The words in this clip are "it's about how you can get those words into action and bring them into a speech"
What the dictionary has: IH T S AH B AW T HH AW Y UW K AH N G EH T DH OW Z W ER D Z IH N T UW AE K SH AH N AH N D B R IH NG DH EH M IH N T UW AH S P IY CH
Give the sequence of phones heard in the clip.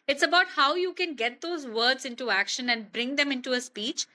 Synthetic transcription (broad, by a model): IH T S AH B AW T HH AW Y UW K AH N G EH T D OW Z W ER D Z IH N T UW AE K SH AH N AH N D B R IH NG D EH M IH N T UW AH S P IY CH